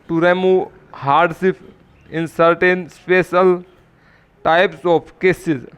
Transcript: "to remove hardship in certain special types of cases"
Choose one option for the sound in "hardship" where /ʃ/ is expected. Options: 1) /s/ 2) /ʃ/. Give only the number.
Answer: 1